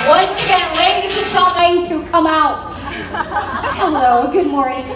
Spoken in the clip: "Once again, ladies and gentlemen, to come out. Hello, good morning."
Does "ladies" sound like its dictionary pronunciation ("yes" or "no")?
no